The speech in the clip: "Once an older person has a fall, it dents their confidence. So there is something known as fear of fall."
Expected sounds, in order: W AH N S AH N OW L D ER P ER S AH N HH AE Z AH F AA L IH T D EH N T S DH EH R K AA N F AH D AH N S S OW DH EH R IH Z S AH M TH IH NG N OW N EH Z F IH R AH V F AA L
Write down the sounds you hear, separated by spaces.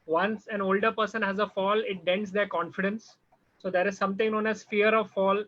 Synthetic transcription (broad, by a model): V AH N S AH N OW L D ER P ER S AH N HH AE Z AH F AA L IH T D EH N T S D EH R K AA N F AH D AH N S S OW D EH R IH Z S AH M T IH NG N OW N EH Z F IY R AH V F AA L